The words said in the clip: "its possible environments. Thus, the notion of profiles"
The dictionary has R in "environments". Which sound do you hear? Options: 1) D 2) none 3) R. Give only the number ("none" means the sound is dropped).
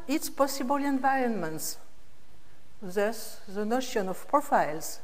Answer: 3